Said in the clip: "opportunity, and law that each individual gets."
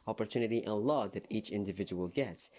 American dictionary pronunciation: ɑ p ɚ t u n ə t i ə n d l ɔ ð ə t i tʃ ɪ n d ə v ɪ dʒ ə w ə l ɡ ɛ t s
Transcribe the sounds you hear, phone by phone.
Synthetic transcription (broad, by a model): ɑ p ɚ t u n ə t i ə n l ɔ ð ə t i tʃ ɪ n d ə v ɪ dʒ ə w ə l ɡ ɛ t s